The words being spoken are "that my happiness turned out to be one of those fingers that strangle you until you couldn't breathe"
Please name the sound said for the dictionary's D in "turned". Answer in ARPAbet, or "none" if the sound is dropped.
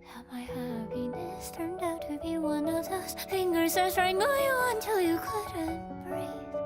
D